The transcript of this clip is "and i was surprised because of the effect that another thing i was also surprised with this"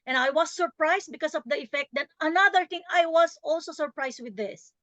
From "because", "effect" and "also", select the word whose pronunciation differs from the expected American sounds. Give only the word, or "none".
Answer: because